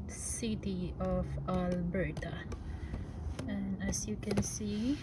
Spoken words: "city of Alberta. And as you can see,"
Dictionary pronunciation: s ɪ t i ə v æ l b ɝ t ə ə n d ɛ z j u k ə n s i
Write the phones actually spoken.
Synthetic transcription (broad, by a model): s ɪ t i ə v æ l b ɝ t ə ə n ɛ s j u k ə n s i